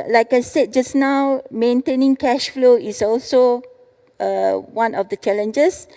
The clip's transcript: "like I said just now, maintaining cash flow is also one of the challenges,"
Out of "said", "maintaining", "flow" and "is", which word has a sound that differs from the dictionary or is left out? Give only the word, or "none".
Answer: is